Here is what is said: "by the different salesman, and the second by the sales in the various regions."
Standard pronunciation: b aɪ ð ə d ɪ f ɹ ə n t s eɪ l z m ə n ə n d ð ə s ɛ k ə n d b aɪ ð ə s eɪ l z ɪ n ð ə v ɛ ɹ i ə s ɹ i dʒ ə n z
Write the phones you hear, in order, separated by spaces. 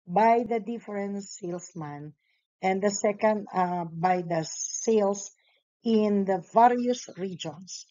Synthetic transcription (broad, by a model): b aɪ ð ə d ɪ f ɹ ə n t s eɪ l s m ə n ə n d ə s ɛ k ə n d b aɪ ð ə s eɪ l s ɪ n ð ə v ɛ ɹ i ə s ɹ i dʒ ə n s